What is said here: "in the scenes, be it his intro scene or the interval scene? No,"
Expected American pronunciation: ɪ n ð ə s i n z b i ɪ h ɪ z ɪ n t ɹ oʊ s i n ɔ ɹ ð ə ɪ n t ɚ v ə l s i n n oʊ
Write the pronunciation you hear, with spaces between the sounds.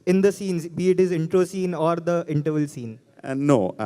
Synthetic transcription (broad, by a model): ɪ n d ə s i n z b i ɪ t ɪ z ɪ n t ɹ oʊ s i n ɔ ɹ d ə ɪ n t ɚ v ə l s i n n oʊ